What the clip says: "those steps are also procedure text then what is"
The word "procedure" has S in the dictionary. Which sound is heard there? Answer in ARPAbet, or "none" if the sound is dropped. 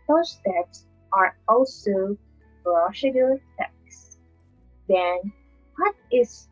SH